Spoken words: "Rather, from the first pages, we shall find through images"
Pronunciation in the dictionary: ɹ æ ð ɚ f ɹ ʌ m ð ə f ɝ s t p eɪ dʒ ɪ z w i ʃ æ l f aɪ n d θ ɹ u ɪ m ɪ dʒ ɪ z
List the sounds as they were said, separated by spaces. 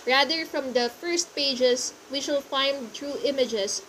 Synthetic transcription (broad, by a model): ɹ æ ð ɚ f ɹ ʌ m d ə f ɝ s t p eɪ dʒ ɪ s w i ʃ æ l f aɪ n d t ɹ u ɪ m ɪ dʒ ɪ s